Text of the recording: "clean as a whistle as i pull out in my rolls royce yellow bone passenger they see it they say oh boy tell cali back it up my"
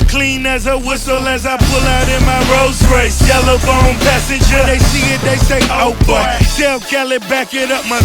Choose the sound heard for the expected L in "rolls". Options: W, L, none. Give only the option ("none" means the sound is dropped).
none